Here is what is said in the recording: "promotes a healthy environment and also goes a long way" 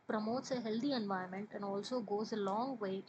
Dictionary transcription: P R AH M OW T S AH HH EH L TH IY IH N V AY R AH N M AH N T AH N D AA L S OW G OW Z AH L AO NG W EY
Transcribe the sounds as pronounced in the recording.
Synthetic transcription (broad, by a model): P R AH M OW T S AH HH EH L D IY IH N V AY AH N M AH N T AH N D AA L S OW G OW Z AH L AO NG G EY